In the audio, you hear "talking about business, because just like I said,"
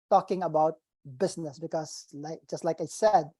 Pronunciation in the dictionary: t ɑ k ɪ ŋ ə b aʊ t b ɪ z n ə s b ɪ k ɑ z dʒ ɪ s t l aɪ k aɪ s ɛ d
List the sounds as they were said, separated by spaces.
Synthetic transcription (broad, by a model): t ɑ k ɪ ŋ ə b aʊ t b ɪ s n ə s b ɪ k ɑ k dʒ ɪ s t l aɪ k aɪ s ɛ d